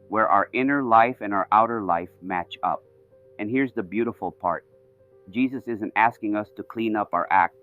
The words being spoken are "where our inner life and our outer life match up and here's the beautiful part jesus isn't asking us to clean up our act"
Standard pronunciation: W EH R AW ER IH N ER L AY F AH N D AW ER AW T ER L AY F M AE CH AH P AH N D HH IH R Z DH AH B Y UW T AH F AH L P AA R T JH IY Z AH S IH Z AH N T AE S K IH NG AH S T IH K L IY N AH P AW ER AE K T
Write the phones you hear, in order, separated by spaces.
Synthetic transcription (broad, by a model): W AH R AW ER IH N ER L AY F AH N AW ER AW T ER L AY F M AE CH AH P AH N HH IH R Z DH AH B Y UW T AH F L P AA R T JH IY Z AH S IH Z AH N T AE S K IH NG AH S T IH K L IY N AH P AW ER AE K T